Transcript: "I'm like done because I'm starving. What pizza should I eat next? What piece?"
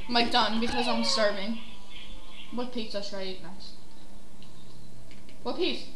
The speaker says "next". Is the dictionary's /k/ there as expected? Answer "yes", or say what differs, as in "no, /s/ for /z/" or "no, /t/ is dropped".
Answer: no, /k/ is dropped